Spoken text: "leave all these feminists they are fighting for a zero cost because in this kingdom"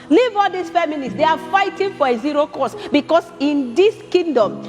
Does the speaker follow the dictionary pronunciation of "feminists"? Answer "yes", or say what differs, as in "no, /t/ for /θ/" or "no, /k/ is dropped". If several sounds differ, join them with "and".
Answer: no, /l/ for /n/